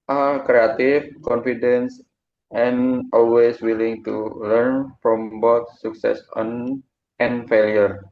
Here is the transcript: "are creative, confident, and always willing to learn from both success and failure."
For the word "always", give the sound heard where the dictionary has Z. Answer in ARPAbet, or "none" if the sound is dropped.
S